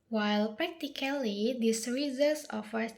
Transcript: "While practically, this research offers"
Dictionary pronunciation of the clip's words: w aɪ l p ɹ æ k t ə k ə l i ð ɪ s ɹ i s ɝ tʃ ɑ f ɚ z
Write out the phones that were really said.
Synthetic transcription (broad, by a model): w aɪ l p ɹ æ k t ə k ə l i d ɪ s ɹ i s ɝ s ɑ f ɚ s